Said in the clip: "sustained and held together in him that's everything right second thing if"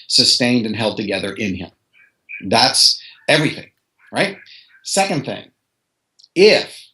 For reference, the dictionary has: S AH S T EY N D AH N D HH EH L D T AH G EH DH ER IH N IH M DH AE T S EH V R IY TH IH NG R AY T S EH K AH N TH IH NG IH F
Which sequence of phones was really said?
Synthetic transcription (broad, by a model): S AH S T EY N D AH N HH EH L D T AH G EH DH ER IH N IH M DH AE T S EH V R IY TH IH NG R AY T S EH K AH N TH IH NG IH F